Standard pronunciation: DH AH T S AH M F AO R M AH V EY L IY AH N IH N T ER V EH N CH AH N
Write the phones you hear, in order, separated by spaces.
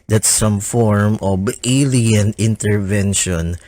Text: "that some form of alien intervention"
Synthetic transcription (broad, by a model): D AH T S AH M F AO R M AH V EY L IY AH N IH N T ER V EH N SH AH N